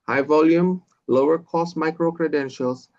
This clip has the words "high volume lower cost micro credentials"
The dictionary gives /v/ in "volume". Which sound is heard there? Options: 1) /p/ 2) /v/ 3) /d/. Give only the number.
2